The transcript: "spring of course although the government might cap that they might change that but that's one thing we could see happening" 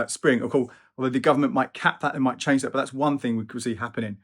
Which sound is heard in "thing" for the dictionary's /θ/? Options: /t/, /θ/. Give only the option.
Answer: /θ/